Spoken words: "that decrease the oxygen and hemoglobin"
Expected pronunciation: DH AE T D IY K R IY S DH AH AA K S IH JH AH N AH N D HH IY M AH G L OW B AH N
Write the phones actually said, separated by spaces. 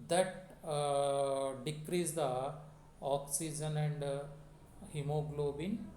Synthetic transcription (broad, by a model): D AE T D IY K R IY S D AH AA K S IH JH AH N AH N D HH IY M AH G L OW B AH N